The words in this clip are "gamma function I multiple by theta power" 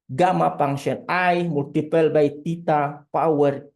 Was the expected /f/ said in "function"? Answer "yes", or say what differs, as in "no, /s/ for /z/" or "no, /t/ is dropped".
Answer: no, /p/ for /f/